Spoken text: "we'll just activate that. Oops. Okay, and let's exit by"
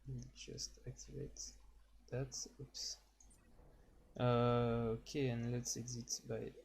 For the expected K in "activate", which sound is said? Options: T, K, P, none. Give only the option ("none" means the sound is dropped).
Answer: K